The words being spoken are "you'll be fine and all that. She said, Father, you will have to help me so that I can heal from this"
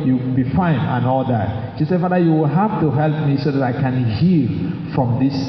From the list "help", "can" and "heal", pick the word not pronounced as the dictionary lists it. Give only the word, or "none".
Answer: none